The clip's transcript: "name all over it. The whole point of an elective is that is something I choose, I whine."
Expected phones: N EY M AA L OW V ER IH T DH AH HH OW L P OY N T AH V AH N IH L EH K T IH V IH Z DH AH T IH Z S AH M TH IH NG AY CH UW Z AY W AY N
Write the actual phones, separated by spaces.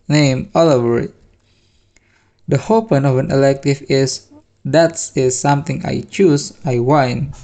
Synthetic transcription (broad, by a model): N EY M AA L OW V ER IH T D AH HH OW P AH N AH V AH N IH L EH K T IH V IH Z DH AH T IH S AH M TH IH NG AY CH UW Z AY W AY N